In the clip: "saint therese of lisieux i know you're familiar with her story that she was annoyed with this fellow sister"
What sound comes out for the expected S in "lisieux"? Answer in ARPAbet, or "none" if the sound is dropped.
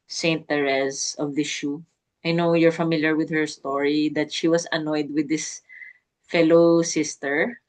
SH